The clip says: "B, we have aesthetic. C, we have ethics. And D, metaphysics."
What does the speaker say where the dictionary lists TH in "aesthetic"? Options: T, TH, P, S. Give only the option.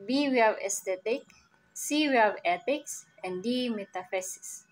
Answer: T